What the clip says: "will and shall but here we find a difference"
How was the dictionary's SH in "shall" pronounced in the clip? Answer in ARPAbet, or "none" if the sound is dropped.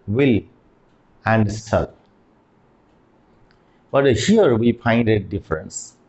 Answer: S